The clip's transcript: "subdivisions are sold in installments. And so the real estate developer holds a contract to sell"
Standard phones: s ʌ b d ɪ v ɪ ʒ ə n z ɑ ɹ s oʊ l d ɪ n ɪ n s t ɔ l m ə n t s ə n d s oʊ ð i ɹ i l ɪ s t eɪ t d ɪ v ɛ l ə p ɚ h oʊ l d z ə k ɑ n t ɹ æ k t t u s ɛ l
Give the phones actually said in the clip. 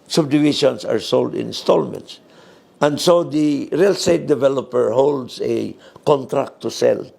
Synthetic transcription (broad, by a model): s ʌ b d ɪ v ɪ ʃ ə n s ɑ ɹ s oʊ l d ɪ ɪ n s t ɔ l m ə n t s ə n d s oʊ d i ɹ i l s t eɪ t d ɪ v ɛ l ə p ɚ h oʊ l d s ə k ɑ n t ɹ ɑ k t t u s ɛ l